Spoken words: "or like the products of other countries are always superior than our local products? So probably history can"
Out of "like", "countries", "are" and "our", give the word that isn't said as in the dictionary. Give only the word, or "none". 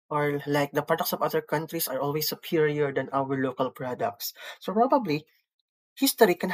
countries